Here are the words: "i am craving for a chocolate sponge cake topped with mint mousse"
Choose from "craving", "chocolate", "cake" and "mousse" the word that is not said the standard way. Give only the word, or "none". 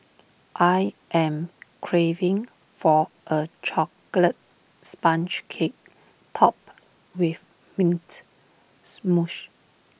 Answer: mousse